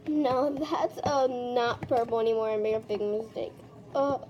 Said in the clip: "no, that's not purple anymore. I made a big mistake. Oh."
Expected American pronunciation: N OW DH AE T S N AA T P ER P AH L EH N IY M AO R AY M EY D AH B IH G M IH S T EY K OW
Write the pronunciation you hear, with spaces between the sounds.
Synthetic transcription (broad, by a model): N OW DH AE T S N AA T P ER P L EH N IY M AO R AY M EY AH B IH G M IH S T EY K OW